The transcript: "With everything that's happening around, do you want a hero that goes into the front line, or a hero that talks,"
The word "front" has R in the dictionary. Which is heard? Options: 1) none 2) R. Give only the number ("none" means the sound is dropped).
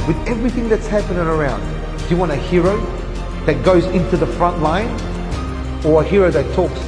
2